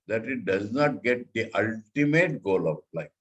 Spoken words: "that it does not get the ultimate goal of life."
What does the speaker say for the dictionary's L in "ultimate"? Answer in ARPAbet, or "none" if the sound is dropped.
L